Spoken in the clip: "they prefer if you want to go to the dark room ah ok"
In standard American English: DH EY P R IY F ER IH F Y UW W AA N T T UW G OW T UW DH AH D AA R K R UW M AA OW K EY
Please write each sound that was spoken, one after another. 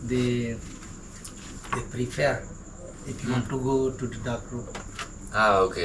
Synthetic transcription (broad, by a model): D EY P R IY F ER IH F Y UW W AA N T T UW G OW T UW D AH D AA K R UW AA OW K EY